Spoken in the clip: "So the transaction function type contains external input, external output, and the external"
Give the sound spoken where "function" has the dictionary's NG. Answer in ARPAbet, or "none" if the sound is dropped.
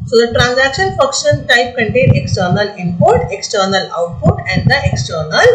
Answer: none